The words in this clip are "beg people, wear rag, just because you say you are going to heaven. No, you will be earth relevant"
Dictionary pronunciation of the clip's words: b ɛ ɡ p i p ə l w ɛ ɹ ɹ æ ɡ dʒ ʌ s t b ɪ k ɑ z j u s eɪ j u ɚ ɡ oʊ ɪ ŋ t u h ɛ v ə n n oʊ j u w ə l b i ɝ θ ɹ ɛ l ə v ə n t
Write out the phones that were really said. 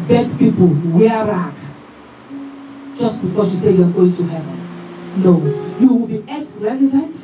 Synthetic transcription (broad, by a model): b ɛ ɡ p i p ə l w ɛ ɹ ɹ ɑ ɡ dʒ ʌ s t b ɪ k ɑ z j u s eɪ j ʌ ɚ ɡ oʊ ɪ ŋ t u h ɛ v ə n n oʊ j u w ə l b i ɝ s ɹ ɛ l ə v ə n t